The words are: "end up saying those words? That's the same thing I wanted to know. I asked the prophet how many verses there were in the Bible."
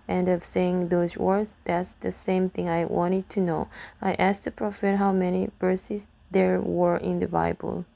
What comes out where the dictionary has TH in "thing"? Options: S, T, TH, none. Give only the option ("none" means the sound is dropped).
TH